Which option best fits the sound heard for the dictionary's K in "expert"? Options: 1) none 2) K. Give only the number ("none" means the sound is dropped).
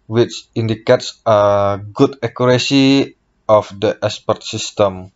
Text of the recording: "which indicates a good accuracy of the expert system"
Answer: 1